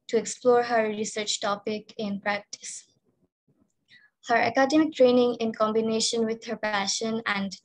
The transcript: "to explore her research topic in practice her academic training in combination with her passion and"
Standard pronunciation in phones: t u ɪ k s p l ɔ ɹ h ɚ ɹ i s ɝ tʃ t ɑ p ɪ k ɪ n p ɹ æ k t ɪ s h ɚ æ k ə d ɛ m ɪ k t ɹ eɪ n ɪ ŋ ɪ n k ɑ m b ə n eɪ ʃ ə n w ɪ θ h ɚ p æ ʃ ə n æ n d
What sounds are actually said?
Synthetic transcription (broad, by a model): t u ɪ k s p l ɔ ɹ h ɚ ɹ i s ɝ tʃ t ɑ p ɪ k ɪ n p ɹ æ k t ɪ s h ɚ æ k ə d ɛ m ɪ k t ɹ eɪ n ɪ ŋ ɪ n k ɑ m b ə n eɪ ʃ ə n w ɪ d h ɚ p æ ʃ ə n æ n d